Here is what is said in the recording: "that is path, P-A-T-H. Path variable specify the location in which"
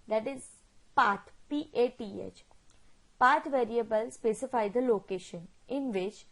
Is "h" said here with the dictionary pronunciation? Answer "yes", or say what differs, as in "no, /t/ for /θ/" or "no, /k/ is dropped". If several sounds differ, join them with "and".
yes